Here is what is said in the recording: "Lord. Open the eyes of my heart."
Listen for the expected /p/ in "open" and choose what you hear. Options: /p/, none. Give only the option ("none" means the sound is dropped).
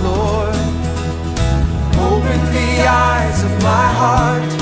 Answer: none